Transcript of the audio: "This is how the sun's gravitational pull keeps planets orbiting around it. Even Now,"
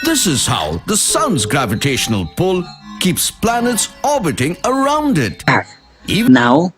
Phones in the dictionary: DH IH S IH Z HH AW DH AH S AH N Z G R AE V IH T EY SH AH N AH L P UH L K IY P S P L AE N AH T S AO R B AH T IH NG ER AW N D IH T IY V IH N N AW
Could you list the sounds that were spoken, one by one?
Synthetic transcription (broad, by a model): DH IH S IH Z HH AW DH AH S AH N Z G R AE V IH T EY SH AH N AH L P UH L K IY P S P L AE N AH T S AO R B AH T IH NG ER AW N D IH T IY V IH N N AW